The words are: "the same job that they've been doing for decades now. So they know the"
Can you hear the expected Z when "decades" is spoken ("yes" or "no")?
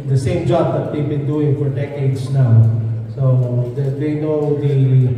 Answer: no